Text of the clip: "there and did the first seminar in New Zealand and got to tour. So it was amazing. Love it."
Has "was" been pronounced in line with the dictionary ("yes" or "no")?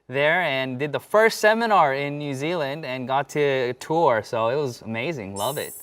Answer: yes